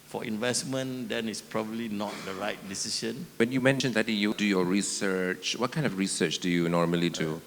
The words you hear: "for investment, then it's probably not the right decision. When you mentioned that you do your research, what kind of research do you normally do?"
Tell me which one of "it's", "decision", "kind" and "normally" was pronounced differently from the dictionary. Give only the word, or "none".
decision